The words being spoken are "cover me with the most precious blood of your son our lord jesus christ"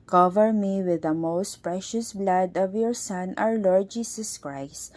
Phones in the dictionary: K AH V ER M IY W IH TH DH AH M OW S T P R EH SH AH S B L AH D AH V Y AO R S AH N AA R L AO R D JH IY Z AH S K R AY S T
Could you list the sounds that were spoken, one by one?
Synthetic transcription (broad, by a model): K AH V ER M IY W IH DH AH M OW S T P R EH SH AH S B L AH D AH V Y AO R S AH N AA W L AO R D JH IY S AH S K R AY S T